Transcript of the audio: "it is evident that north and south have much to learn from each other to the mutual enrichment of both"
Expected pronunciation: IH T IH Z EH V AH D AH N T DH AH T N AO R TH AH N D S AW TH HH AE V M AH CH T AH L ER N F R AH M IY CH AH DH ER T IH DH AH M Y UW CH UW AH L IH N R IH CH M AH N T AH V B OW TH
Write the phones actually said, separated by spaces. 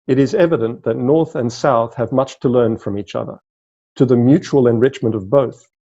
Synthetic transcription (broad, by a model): IH T IH Z EH V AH D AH N DH AH T N AO R TH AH N S AW TH HH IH V M AH CH T AH L ER N F R AH M IY CH AH DH ER T IH DH AH M Y UW CH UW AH L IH N R IH CH M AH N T AH V B OW TH